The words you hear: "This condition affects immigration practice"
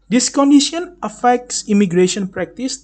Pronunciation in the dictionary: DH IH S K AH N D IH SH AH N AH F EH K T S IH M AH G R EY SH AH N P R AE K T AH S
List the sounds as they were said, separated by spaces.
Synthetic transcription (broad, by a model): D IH S K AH N D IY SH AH N AH F EH K T S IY M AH G R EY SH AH N P R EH K T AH S